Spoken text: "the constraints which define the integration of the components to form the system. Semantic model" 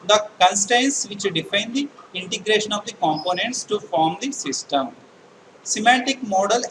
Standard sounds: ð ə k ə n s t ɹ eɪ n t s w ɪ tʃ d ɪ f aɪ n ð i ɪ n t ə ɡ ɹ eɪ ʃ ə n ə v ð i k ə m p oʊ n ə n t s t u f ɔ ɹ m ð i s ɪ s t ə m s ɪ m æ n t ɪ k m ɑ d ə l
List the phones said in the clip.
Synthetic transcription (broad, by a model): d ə k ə n s t eɪ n s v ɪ tʃ d ɪ f aɪ n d i ɪ n t ə ɡ ɹ eɪ ʃ ə n ə v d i k ə m p oʊ n ə n t s t u f ɔ ɹ m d i s ɪ s t ə m s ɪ m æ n t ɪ k m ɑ d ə l